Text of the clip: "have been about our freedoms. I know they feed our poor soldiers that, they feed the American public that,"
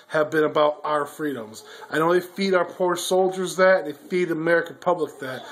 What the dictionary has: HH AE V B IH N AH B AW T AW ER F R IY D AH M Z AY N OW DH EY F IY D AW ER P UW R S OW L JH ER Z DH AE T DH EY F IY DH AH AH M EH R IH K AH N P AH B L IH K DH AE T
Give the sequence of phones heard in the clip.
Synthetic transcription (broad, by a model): HH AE V B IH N AH B AW T AW ER F R IY D AH M Z AY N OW DH EY F IY D AW ER P UW R S OW L JH ER Z DH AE T DH EY F IY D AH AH M EH R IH K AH N P AH B L IH K DH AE T